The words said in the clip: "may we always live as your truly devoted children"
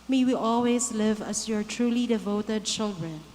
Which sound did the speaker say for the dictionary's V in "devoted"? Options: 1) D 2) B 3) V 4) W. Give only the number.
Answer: 3